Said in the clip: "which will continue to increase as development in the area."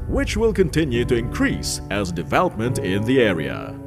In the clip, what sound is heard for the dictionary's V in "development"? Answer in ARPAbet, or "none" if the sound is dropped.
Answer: V